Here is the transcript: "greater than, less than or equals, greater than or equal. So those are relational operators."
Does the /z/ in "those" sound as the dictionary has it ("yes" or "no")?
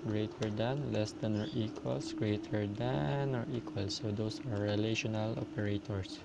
no